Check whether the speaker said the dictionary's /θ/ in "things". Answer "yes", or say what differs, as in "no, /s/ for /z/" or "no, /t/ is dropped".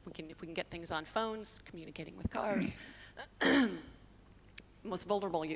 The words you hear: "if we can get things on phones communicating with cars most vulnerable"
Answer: yes